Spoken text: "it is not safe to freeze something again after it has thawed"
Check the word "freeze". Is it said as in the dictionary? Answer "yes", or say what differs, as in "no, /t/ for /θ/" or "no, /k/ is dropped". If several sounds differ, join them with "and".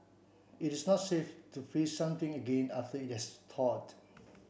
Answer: no, /ɹ/ is dropped